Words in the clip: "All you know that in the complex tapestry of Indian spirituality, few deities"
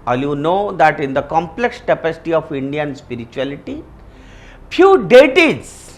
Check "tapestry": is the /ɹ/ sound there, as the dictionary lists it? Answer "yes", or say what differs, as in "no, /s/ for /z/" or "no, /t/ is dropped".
no, /ɹ/ is dropped